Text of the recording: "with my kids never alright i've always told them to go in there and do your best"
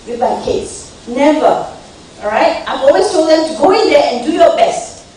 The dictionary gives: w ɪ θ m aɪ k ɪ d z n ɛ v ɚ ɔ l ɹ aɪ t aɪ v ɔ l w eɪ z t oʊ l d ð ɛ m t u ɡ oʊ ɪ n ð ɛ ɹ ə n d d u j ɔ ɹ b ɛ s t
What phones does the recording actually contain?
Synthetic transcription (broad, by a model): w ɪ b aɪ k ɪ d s n ɛ v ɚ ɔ ɹ aɪ t aɪ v ɔ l w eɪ s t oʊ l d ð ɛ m t u ɡ oʊ ɪ n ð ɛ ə n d d u j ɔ b ɛ s t